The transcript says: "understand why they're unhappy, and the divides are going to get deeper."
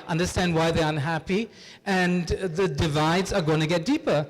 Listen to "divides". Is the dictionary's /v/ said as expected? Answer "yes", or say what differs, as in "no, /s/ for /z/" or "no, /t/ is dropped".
yes